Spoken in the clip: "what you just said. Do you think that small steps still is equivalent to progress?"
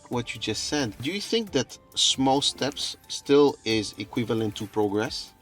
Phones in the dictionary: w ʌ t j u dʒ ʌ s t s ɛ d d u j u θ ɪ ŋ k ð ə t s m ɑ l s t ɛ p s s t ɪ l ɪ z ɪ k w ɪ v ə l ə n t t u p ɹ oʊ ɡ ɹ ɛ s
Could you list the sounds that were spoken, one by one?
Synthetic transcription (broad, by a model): w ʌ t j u dʒ ʌ s t s ɛ d d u j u θ ɪ ŋ k ð ə t s m ɑ l s t ɛ p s s t ɪ l ɪ z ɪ k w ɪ v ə l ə n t t u p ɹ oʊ ɡ ɹ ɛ s